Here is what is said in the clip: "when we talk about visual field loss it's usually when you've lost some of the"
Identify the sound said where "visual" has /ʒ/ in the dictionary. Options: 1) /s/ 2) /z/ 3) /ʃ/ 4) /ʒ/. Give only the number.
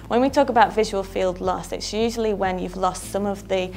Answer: 4